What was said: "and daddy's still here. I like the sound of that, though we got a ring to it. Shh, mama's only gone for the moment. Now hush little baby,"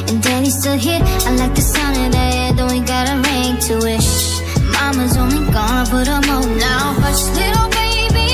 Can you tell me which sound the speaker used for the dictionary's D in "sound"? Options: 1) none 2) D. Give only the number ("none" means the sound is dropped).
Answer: 1